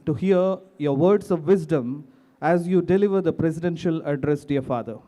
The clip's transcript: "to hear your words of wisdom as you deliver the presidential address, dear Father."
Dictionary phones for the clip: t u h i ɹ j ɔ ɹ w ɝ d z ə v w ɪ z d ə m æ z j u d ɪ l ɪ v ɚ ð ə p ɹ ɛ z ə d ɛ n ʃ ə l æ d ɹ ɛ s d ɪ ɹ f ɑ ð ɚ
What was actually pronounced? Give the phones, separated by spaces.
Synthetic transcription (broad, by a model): t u h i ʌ j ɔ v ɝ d s ə v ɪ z d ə m æ z j u d ɪ l ɪ v ɚ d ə p ɹ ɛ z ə d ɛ n ʃ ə l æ d ɹ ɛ s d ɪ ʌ f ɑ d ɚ